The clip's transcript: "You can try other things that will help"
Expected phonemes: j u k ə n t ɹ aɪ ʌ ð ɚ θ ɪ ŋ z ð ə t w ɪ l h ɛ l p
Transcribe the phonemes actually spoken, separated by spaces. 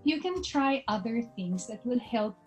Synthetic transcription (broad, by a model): j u k ə n t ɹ aɪ ʌ ð ɚ θ ɪ ŋ z ð ə t w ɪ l h ɛ l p